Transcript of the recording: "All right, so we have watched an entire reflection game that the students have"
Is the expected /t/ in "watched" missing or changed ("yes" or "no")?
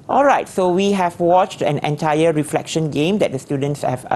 no